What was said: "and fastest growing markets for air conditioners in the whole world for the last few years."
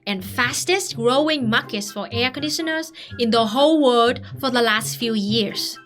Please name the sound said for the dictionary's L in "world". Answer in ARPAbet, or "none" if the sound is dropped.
none